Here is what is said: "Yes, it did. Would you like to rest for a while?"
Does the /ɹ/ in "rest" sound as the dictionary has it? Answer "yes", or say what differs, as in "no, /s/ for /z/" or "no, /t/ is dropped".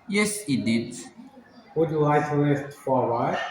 no, /l/ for /ɹ/